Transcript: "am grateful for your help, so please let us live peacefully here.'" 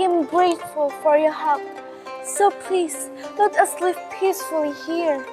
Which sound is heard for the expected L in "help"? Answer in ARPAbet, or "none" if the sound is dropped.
none